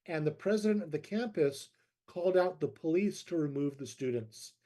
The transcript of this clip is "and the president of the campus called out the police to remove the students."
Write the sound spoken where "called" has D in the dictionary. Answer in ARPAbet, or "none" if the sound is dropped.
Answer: D